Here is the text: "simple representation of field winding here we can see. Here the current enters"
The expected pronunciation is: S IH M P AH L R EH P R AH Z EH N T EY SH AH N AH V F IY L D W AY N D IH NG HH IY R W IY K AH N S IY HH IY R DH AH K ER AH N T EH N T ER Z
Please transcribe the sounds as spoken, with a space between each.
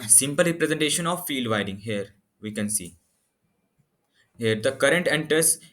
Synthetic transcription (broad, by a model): S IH M P AH L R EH P R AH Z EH N T EY SH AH N AH V F IY L D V AY D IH NG HH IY R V IY K AH N S IY HH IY R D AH K ER AH N T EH N T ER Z